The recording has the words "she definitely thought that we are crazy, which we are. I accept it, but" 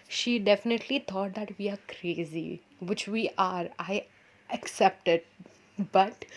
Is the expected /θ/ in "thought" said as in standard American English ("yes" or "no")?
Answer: no